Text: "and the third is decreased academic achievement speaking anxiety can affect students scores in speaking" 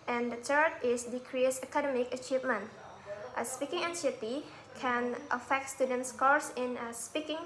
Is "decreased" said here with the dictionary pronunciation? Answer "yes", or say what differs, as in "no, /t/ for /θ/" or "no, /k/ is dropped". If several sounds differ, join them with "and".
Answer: no, /t/ is dropped